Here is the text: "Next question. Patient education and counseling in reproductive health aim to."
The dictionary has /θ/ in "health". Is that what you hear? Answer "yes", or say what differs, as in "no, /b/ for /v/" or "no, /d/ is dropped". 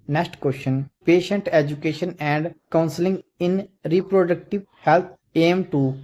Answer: no, /t/ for /θ/